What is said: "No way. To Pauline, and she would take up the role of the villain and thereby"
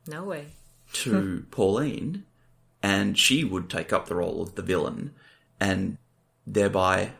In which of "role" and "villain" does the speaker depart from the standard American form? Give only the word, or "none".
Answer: none